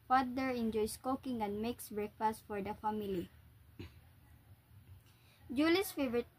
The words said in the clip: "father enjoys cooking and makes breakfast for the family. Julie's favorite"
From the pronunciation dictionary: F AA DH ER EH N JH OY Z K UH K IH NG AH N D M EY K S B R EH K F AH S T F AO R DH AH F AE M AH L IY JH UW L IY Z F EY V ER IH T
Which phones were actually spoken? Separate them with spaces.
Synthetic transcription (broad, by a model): F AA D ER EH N JH OY S K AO K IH NG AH N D M EY K S B R EH K F AH S T F AO R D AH F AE M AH L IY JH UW L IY S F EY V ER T